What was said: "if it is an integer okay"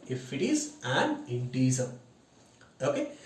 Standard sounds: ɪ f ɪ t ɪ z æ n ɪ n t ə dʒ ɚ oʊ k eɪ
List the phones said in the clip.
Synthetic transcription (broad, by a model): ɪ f ɪ t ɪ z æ n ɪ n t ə z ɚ oʊ k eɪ